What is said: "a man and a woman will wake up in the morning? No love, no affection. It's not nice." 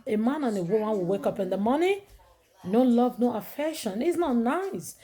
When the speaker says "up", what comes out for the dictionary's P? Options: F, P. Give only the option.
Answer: P